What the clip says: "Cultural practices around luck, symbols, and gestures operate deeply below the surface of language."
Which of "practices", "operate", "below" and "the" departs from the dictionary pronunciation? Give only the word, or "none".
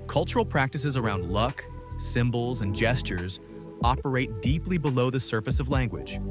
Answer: none